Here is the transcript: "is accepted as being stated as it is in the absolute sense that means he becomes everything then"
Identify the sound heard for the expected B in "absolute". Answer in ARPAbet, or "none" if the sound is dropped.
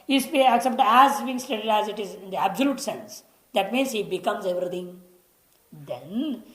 B